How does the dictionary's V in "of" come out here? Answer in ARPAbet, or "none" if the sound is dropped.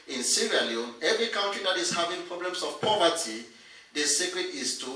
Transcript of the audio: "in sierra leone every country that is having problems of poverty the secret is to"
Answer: F